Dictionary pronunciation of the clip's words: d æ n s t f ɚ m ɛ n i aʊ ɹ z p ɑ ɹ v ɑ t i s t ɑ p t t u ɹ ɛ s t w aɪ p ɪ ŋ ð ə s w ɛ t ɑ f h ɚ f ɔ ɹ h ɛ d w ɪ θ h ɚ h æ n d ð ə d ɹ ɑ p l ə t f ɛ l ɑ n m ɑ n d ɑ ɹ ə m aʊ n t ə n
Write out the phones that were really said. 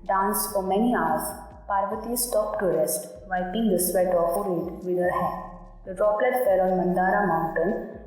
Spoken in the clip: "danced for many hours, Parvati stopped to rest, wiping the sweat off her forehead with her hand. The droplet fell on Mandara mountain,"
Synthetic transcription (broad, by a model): d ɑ n s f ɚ m ɛ n i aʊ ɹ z p ɑ ɹ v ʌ t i s t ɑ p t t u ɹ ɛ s t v aɪ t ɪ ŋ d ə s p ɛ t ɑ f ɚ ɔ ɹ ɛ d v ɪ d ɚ h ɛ d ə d ɹ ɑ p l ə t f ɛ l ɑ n m ɑ n d ɑ ɹ ə m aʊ n t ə n